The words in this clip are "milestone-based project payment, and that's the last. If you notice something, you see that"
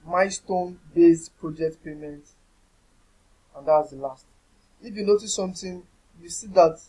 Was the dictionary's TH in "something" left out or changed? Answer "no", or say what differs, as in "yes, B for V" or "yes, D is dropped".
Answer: yes, T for TH